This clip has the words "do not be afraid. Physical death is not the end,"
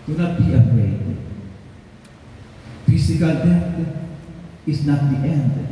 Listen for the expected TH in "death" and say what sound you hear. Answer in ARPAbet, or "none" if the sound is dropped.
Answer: T